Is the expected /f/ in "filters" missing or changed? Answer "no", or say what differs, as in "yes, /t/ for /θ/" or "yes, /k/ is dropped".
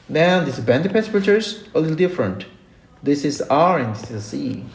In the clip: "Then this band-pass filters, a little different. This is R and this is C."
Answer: yes, /p/ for /f/